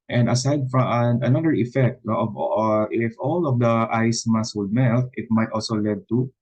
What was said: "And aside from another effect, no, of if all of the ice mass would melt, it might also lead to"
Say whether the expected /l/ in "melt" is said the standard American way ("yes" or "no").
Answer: yes